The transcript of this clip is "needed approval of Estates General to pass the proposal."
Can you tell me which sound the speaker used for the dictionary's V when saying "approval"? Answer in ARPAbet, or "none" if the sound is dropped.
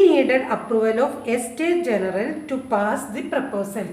V